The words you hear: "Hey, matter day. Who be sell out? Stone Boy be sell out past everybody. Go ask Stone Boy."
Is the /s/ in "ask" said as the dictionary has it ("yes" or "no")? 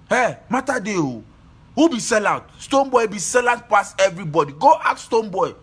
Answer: no